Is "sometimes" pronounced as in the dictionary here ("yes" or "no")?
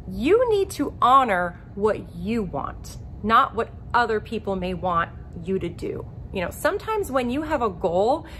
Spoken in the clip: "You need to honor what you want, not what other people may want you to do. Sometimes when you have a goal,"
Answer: yes